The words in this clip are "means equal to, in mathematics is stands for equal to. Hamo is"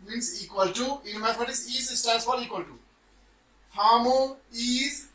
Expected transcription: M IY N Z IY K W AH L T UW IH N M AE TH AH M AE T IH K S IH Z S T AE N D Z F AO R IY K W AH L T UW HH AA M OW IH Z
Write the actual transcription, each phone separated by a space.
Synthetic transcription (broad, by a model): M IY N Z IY K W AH L T UW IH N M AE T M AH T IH S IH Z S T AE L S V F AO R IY K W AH L T UW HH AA M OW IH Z